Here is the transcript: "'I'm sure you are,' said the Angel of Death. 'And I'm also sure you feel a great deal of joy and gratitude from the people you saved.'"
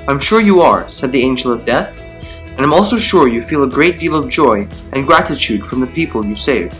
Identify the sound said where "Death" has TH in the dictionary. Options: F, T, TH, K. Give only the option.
TH